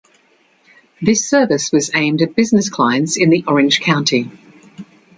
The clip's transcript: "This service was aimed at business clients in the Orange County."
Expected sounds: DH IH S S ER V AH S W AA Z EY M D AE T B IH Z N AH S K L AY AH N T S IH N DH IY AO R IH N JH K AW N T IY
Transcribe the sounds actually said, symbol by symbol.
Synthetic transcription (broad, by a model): DH IH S S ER V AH S W AA Z EY M D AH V B IH Z N AH S K L AY AH N T S IH N DH IY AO R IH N ZH K AW N T IY